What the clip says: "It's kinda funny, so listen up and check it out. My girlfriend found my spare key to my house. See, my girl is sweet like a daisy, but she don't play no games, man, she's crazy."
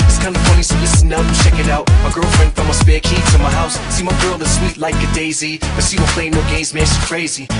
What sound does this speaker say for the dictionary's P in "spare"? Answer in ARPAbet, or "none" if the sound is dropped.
B